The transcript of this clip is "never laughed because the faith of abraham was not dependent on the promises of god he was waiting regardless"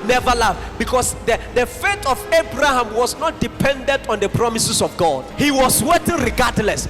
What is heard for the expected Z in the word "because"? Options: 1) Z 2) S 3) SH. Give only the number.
2